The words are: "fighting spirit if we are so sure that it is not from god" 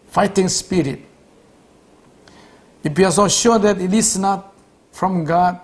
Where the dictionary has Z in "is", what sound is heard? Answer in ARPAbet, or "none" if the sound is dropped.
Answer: S